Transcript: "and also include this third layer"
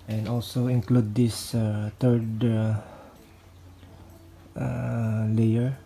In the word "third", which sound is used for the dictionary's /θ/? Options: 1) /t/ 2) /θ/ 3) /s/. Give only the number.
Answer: 1